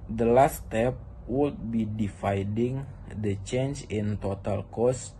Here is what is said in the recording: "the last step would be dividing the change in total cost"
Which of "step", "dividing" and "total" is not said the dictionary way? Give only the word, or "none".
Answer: dividing